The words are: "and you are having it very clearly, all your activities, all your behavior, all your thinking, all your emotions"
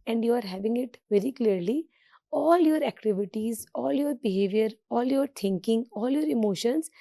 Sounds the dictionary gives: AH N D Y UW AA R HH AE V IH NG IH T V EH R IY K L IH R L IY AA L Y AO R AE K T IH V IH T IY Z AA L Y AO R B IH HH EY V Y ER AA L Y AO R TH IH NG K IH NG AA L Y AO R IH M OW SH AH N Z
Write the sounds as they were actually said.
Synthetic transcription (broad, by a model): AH N D Y UW AA R HH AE V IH NG IH T V EH R IY K L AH R L IY AA L Y AO R AE K T IH V IH T IY Z AA L Y AO R B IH HH EY V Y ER AA L Y AO R T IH NG K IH NG AA L Y AO R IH M OW SH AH N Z